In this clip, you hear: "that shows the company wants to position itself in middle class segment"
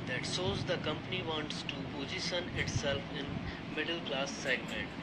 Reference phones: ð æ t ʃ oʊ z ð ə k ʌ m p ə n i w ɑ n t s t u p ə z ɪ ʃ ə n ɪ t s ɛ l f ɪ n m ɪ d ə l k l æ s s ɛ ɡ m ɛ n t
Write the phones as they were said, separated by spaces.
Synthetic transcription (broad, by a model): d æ t s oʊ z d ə k ʌ m p ə n i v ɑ n t s t u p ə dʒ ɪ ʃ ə n ɪ t s ɛ l f ɪ n m ɪ d ə l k l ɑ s s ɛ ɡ m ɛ n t